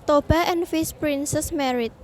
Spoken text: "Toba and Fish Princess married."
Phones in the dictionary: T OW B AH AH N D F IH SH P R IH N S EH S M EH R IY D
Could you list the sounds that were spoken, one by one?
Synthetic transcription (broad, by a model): T OW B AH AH N F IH S P R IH N S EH S M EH R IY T